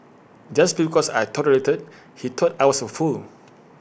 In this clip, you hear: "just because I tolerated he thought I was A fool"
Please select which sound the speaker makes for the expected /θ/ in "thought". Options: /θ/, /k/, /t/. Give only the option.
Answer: /t/